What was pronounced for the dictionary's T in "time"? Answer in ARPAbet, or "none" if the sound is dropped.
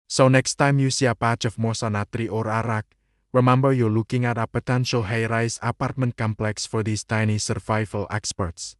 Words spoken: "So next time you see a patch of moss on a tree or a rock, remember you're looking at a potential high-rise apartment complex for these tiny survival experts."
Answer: T